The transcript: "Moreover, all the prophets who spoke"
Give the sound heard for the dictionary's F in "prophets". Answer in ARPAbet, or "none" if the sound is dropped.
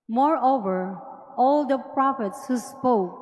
F